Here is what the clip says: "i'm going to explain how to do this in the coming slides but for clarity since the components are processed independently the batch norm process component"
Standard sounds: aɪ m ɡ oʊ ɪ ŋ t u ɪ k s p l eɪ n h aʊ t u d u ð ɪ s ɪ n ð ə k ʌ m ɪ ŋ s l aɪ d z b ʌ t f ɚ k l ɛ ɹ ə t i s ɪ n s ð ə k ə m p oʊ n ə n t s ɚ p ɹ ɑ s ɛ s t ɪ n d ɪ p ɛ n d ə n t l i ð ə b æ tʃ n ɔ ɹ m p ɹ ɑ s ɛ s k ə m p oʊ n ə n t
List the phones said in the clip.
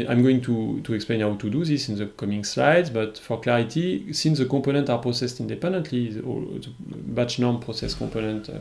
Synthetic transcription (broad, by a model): aɪ m ɡ oʊ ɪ ŋ t u ɪ k s p l eɪ n h aʊ t u d u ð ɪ s ɪ n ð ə k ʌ m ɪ ŋ s l aɪ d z b ʌ t f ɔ k l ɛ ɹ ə t i s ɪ n s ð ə k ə p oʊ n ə n t ɑ p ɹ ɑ s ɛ s t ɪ n d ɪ p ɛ n d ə n t l i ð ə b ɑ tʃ n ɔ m p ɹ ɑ s ɛ s k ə p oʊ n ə n t